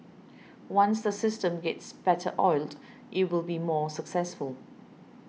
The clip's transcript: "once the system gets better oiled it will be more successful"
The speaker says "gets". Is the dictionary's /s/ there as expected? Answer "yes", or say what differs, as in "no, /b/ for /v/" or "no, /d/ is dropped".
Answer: yes